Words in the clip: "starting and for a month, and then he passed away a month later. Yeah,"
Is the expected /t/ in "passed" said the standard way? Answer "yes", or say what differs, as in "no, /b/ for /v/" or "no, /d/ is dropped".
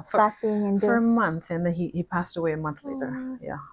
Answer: yes